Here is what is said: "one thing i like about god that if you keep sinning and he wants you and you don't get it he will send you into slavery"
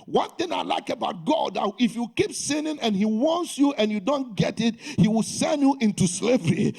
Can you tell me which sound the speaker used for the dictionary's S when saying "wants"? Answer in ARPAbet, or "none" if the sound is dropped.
S